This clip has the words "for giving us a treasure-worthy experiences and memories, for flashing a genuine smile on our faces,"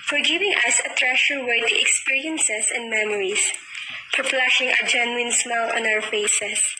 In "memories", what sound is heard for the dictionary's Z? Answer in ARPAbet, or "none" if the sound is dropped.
S